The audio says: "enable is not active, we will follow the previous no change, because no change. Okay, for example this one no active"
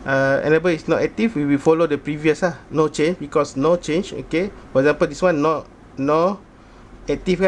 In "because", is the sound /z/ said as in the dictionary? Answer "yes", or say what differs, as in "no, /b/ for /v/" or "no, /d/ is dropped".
no, /s/ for /z/